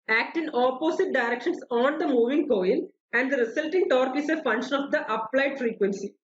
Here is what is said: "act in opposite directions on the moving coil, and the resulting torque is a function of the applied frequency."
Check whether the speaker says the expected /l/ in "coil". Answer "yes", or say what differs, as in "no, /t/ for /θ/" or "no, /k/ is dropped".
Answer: no, /n/ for /l/